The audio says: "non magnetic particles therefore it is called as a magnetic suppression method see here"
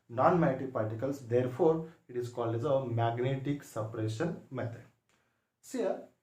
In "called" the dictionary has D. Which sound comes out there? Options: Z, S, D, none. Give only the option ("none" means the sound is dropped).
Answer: none